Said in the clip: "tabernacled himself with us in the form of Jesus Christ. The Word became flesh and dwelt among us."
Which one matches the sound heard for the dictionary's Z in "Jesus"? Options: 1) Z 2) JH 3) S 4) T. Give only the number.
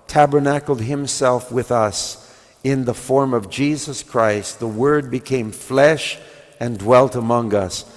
1